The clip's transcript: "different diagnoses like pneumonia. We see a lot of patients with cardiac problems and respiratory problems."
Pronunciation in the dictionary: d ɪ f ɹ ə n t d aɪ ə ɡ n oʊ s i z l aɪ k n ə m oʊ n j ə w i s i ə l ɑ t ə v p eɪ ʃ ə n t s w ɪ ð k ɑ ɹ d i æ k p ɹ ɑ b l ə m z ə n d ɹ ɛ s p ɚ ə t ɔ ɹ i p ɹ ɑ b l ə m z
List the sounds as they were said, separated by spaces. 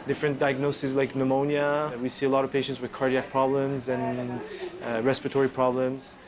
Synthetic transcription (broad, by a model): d ɪ f ɹ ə n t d aɪ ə ɡ n oʊ s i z l aɪ k n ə m oʊ n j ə w i s i ə l ɑ t ə v p eɪ ʃ ə n t s w ɪ ð k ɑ ɹ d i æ k p ɹ ɑ b l ə m z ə n ɹ ɛ s p ɚ ə t ɔ ɹ i p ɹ ɑ b l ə m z